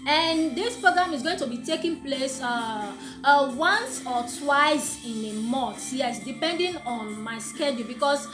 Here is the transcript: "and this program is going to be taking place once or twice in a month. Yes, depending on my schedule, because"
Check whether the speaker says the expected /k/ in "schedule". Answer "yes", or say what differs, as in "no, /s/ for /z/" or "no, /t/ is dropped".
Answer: yes